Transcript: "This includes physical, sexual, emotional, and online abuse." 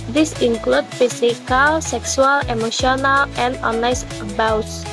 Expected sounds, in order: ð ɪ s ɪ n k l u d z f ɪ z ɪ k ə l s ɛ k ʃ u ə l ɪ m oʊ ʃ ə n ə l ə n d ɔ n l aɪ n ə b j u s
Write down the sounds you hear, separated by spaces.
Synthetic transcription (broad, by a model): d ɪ s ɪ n k l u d f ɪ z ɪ k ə l s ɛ k s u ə l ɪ m oʊ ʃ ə n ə l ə n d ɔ n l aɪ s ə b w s